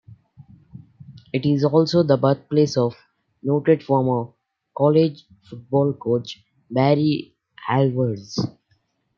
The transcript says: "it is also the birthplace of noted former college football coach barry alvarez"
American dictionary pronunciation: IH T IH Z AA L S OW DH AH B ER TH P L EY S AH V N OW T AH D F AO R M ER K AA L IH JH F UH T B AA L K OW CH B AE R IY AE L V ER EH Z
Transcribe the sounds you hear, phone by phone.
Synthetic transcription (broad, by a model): IH T IH Z AA L S OW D AH B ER T P L EY S AH V N OW T AH D F AO R M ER K AA L IH JH F UH T B AA L K OW CH B AE R IY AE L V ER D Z